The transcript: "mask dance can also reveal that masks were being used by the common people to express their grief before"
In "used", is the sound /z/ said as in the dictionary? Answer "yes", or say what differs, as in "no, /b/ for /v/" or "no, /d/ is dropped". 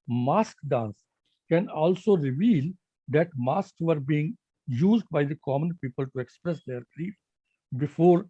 yes